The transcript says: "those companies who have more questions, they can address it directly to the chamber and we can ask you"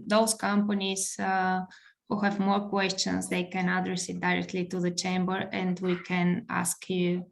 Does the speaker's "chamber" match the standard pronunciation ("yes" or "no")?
yes